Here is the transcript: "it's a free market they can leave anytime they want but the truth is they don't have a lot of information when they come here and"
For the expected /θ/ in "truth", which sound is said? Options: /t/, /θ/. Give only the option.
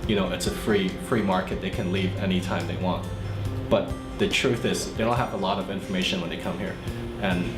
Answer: /θ/